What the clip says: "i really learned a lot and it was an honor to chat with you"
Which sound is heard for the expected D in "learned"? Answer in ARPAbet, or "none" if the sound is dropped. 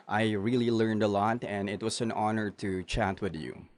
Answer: D